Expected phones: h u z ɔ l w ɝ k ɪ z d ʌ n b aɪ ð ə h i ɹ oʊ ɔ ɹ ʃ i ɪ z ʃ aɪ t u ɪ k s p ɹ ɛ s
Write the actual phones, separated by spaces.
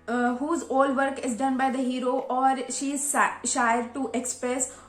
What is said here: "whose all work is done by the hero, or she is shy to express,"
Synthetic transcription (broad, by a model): h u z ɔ l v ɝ k ɪ z d ʌ n b aɪ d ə h i ɹ oʊ ɔ ɹ ʃ i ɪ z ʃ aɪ t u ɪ k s p ɹ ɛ s